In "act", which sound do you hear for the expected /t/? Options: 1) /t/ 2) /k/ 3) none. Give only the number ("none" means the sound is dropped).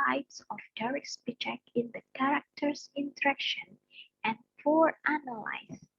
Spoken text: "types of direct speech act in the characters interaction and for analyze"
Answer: 3